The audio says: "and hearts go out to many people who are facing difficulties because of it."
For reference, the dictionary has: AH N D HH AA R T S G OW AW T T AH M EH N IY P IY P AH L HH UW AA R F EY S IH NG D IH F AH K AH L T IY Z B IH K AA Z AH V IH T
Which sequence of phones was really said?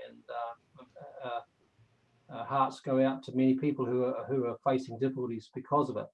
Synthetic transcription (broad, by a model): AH N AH HH AA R T S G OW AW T T AH M EH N IY P IY P AH L HH UW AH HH F EY S IH NG D IH F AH K L T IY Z B IH K AA Z AH V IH T